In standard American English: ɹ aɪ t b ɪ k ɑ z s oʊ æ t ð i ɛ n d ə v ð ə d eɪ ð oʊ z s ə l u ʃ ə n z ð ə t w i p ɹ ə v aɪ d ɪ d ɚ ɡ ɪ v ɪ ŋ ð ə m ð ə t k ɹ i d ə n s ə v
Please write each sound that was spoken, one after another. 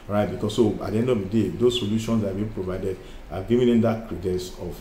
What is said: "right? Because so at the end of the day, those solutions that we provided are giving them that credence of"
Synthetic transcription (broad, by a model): ɹ aɪ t b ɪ k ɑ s s oʊ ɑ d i ɛ n d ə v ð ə d eɪ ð oʊ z s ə l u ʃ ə n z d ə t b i p ɹ ə v aɪ d ɪ d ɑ ɡ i v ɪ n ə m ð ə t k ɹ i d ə s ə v